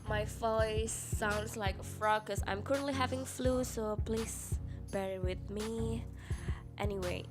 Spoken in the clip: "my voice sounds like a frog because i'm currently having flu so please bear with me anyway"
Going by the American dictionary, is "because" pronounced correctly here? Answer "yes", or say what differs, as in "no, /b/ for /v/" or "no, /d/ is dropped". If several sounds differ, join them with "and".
no, /z/ is dropped